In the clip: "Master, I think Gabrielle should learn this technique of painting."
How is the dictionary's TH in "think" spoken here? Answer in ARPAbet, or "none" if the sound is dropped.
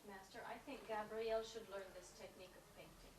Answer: TH